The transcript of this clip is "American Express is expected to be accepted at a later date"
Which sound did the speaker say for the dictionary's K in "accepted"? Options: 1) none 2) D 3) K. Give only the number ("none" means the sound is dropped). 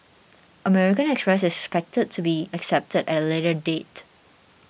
3